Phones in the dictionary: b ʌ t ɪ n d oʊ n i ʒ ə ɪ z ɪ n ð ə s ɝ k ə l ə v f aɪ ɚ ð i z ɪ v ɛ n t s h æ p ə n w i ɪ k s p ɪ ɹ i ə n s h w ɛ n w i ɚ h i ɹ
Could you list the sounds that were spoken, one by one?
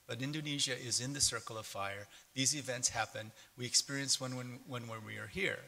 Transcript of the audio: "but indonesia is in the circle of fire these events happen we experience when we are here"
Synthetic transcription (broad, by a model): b ʌ t ɪ n d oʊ n i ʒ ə ɪ z ɪ n ð ə s ɝ k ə l ə v f aɪ ɚ ð i z ɪ v ɛ n t s h æ p ə n w i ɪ k s p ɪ ɹ i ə n s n w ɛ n w i ɚ h i ɹ